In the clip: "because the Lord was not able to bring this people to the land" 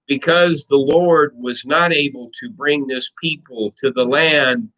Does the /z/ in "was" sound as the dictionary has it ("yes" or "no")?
yes